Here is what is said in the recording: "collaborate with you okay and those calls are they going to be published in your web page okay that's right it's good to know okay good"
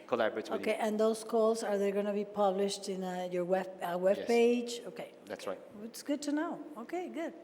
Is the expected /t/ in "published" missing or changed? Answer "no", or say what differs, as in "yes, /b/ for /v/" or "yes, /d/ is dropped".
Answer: no